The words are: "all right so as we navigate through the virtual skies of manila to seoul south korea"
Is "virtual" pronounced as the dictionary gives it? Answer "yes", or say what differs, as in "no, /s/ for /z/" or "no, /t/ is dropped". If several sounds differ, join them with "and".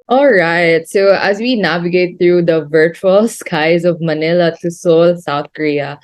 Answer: yes